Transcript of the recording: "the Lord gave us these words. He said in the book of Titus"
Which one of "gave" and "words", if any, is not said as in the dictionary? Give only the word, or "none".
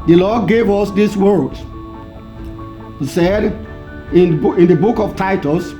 words